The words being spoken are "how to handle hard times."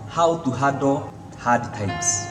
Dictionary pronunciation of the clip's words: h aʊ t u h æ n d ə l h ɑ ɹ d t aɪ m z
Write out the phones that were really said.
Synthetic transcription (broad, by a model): h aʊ t u h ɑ d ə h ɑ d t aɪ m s